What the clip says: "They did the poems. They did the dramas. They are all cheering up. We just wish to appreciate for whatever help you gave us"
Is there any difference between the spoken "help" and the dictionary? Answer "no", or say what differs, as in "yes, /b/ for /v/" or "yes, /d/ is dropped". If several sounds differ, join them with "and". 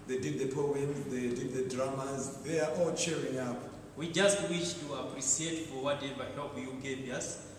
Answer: yes, /l/ is dropped